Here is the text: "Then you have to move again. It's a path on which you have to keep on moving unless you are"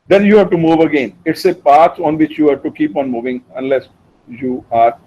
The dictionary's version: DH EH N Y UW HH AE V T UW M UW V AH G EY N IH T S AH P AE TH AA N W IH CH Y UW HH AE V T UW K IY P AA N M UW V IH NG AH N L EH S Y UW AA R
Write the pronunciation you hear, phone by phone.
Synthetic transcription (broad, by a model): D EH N Y UW HH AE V T UW M UW V AH G EY N IH T S AH P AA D AA N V IH CH Y UW HH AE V T UW K IY P AA N M UW V IH NG AH N L EH S Y UW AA R